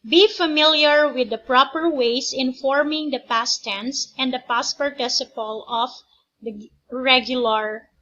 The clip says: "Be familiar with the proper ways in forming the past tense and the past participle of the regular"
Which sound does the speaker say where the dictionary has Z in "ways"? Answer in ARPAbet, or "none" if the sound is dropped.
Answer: S